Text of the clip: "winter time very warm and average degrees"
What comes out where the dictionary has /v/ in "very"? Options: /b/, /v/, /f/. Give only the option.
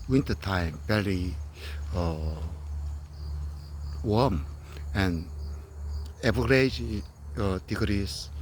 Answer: /b/